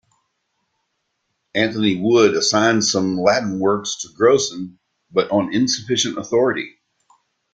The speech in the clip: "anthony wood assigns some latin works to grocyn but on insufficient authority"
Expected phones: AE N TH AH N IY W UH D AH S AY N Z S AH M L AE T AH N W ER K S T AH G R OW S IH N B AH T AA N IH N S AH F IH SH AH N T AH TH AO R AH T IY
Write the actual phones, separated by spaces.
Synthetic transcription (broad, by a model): AE N TH AH N IY W UH D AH S AY N S AH M L AE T N W ER K S T AH G R OW S IH N B AH T N IH N S AH F IH SH AH N T AH TH AO R AH T IY